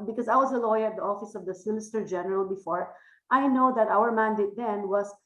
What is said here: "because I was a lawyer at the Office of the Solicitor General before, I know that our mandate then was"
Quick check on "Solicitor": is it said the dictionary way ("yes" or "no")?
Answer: no